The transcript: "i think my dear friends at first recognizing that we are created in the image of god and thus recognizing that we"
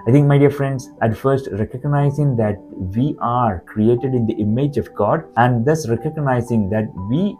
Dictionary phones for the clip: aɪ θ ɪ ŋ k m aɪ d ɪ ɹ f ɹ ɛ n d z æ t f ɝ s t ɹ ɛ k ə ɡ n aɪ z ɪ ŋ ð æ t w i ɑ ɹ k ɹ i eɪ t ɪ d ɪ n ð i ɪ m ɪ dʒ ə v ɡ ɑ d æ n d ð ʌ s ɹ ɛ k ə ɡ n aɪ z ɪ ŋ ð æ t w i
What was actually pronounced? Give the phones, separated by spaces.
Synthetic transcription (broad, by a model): aɪ t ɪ ŋ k m aɪ d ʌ ɹ f ɹ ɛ n d s æ t f ɝ s t ɹ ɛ k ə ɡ n aɪ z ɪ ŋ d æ t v i ɑ ɹ k ɹ i eɪ t ɪ d ɪ n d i ɪ m ɪ dʒ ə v ɡ ɑ d æ n d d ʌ s ɹ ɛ k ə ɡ n aɪ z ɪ ŋ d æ t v i